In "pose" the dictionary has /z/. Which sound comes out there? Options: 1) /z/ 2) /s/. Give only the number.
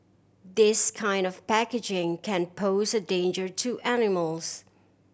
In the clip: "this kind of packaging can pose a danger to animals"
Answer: 1